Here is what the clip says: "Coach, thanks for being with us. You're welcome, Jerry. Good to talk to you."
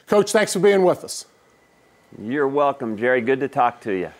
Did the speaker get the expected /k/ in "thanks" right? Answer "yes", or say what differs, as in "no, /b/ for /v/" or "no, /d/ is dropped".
yes